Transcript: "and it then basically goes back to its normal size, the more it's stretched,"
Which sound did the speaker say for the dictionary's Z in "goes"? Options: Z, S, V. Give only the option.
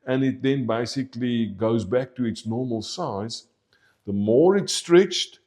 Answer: Z